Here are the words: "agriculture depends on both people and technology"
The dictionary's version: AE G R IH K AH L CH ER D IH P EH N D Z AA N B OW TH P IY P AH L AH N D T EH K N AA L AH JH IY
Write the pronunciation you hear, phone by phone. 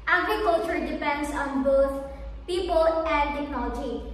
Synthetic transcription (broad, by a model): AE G R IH K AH L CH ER D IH P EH N D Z AA N B OW T P IY P AH L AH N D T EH K N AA L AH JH IY